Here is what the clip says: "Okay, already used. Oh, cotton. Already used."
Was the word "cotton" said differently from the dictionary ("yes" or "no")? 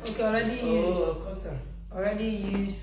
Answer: yes